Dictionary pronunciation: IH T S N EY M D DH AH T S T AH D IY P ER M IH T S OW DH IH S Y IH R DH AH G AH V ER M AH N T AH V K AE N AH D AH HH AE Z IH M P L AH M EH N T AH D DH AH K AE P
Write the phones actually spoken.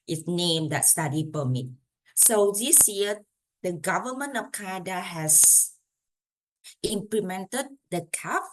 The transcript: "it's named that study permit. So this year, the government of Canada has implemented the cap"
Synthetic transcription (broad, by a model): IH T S N EY M D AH T S T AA D IY P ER M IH T S OW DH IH S Y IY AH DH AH G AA V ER M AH N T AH F K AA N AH D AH HH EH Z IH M P L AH M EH N T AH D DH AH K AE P